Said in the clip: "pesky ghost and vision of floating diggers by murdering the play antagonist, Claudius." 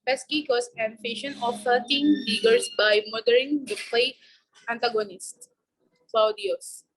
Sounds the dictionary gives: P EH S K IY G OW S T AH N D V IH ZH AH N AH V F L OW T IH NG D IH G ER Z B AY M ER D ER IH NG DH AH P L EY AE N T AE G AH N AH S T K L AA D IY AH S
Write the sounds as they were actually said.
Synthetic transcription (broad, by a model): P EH S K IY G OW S AH N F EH SH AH N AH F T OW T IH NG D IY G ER S B AY M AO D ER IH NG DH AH P L EY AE N T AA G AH N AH S T K L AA D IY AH S